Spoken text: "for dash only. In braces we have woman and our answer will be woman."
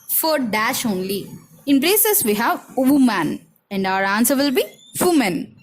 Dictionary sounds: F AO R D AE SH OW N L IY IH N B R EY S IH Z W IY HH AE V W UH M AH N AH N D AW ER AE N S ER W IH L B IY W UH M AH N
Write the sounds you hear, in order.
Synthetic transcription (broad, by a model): F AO R D AE SH OW N L IY IH N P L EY S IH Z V IY HH AE V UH M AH N AH N D AW ER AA N S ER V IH L B IY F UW M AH N